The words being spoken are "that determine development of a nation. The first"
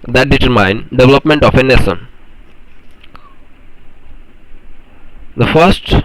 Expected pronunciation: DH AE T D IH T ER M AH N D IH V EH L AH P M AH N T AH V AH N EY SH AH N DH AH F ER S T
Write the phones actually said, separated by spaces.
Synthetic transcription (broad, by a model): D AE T D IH T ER M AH N D IH V EH L AH P M AH N T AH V AH N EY S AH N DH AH F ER S T